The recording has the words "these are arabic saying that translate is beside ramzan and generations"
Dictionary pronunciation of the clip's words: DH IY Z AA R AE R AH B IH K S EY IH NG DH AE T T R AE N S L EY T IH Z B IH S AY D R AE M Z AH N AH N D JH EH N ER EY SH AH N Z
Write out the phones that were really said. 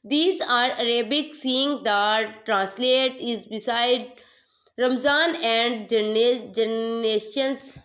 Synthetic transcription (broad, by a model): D IY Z AA R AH R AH B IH K S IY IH NG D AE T T R AE N S L EY T IH Z B IH S AY D R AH M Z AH N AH N D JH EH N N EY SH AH N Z